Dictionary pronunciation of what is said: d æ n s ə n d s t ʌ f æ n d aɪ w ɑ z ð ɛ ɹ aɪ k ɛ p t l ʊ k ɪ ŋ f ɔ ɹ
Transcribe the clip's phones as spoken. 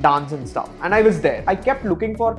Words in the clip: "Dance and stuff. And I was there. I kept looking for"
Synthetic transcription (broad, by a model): d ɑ n s ə n d s t ʌ f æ n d aɪ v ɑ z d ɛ ɹ aɪ k ɛ p t l ʊ k ɪ ŋ f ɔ ɹ